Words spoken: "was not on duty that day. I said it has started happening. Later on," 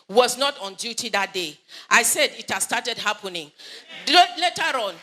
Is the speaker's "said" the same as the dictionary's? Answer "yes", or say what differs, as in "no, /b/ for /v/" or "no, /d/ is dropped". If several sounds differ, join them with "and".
yes